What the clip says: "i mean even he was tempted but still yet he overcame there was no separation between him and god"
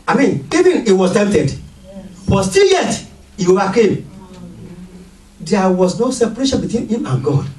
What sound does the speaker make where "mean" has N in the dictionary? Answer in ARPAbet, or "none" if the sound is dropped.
N